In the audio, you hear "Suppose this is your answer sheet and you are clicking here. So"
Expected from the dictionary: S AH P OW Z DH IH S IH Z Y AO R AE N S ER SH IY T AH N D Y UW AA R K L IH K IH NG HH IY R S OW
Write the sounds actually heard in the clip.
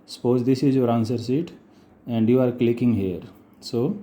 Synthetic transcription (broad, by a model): S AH P OW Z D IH S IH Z Y AO R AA N S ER S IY T AH N D Y UW AA R K L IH K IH NG HH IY R S OW